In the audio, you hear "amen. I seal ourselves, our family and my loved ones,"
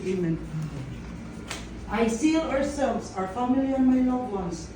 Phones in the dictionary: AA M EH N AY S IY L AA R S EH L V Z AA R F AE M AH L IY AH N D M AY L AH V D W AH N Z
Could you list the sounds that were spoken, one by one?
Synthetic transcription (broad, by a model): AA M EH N AY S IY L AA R S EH L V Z AA R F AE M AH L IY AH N M AY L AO D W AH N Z